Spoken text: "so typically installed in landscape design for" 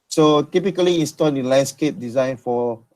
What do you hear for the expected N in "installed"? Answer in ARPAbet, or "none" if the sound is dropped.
N